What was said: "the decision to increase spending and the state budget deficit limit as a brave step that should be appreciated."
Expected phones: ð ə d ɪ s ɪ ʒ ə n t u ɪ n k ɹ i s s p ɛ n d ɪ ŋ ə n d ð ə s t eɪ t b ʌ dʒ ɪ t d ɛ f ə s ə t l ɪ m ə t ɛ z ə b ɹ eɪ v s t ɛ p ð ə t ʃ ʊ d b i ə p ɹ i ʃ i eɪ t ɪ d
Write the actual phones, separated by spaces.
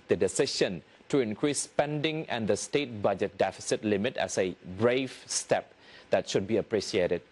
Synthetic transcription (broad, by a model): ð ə d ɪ s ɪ ʃ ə n t u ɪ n k ɹ i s s p ɛ n d ɪ ŋ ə n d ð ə s t eɪ t b ʌ dʒ ɪ t d ɛ f ə s ə t l ɪ m ə t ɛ s ə b ɹ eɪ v s t ɛ p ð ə t ʃ ʊ d b i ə p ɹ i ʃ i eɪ t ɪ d